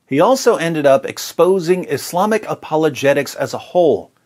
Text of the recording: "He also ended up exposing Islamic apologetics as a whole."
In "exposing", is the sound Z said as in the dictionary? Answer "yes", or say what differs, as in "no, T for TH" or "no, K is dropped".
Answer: yes